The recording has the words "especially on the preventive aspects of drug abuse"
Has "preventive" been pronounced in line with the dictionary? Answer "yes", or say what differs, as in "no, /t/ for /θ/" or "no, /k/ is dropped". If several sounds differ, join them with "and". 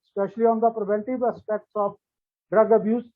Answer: yes